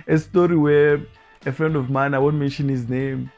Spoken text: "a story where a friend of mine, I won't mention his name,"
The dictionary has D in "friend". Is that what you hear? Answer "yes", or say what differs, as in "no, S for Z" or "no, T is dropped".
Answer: yes